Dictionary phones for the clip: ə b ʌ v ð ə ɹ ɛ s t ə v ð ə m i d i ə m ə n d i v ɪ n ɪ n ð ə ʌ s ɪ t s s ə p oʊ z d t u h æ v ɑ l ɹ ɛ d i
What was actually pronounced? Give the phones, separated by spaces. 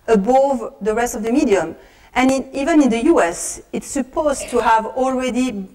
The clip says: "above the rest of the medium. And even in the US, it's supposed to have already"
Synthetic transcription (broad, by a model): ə b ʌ v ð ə ɹ ɛ s t ə v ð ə m i d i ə m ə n i v ɪ n ɪ n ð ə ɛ s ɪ t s s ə p oʊ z t u h æ v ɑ l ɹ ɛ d i